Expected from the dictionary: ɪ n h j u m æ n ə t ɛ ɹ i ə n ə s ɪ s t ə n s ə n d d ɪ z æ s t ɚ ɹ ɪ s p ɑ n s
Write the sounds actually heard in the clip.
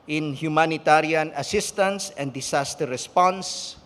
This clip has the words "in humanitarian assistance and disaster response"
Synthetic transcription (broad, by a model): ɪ n h j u m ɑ n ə t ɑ ɹ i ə n ə s ɪ s t ə n s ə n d d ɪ s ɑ s t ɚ ɹ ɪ s p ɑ n s